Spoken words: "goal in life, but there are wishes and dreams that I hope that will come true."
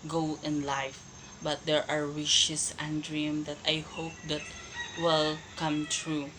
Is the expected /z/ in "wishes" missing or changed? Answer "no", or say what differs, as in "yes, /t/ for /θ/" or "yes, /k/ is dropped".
yes, /s/ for /z/